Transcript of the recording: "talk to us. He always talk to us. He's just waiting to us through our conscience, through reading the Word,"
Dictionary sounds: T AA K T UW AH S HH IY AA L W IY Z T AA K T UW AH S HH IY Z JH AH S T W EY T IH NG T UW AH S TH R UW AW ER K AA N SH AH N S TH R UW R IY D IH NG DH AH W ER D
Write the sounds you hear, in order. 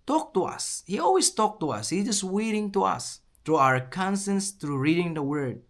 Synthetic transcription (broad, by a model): T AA K T UW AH S HH IY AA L W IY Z T AA K T UW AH S HH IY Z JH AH S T W EY T IH NG T UW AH S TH R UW AW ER K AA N S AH N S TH R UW R IY D IH NG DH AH W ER D